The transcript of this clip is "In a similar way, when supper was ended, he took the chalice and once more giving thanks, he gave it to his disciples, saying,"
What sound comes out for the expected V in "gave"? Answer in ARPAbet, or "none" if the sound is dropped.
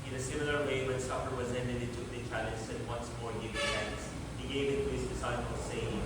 none